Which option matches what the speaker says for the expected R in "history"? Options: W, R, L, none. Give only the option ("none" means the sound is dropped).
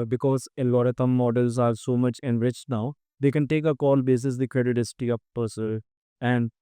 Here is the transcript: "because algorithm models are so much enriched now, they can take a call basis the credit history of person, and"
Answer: none